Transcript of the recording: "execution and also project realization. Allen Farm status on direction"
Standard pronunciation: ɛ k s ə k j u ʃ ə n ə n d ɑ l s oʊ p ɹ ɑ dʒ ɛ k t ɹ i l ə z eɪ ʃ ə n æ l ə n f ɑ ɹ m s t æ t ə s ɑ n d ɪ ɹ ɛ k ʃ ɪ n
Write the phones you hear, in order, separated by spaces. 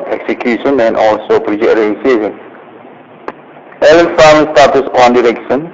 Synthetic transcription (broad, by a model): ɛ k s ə k j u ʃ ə n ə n ɑ l s oʊ p ɹ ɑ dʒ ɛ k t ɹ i ə s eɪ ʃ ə n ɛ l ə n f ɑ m s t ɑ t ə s ɑ n d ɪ ɹ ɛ k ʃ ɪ n